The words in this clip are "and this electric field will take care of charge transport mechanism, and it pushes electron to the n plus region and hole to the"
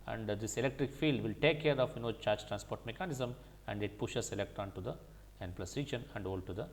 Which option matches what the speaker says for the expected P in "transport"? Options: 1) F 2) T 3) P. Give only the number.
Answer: 3